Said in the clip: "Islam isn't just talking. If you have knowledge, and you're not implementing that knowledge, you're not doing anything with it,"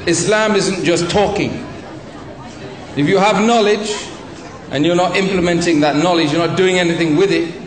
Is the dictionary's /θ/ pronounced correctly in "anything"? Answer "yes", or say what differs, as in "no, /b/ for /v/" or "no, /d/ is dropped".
yes